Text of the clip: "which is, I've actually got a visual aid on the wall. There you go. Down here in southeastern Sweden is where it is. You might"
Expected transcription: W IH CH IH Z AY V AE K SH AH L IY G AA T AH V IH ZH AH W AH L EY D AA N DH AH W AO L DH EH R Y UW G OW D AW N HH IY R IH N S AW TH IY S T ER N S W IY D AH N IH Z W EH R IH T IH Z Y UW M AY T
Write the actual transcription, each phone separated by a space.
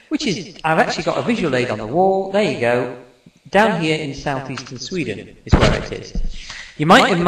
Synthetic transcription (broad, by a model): W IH CH IH Z AY V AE K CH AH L IY G AA T AH V IH ZH AH W AH L EY D N DH AH W AO L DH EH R Y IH G OW D AW N HH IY R IH N S AW TH IY S T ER N S W IY D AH N IH Z W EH R IH T IH Z Y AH M AY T